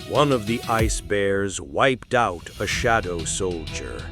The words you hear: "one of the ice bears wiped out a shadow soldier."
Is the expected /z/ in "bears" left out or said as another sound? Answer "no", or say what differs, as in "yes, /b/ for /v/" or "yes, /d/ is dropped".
no